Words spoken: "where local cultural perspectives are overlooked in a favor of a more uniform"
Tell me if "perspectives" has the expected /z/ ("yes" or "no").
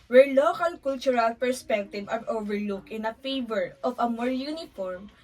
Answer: no